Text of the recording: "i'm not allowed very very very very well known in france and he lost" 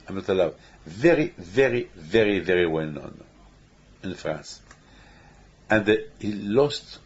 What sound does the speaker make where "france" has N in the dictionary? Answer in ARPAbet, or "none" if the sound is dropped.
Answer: N